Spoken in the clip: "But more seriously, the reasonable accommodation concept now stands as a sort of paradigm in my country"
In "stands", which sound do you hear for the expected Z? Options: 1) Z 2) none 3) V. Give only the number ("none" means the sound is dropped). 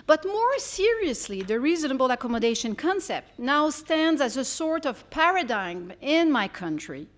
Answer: 1